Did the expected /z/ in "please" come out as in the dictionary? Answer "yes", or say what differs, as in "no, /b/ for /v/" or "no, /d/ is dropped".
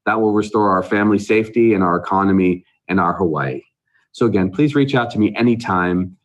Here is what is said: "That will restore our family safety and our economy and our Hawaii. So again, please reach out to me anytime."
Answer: yes